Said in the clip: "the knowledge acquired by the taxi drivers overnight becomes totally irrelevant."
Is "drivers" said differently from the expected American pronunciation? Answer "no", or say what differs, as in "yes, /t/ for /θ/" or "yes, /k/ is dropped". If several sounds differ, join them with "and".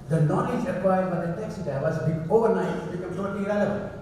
yes, /ɹ/ is dropped